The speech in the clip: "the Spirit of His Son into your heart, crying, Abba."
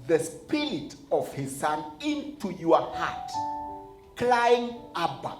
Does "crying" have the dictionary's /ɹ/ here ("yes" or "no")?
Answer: no